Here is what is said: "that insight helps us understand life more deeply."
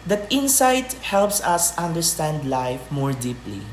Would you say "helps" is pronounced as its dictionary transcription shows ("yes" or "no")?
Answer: yes